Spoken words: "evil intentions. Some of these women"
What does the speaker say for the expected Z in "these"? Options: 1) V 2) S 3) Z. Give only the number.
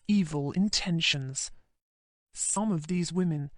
3